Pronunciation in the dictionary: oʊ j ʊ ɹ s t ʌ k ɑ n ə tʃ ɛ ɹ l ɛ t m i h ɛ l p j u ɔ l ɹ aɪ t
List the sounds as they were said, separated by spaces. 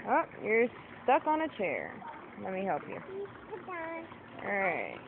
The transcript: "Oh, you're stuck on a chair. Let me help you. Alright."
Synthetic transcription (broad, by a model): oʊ j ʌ ɹ s t ʌ k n ə tʃ ɛ ɹ l ɛ t m i h ɛ l p j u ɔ ɹ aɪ t